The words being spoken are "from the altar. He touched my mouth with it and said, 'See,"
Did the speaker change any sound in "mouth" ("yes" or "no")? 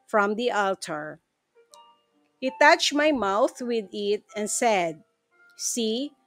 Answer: no